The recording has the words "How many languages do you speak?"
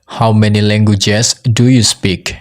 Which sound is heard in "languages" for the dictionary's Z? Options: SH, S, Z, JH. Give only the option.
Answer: S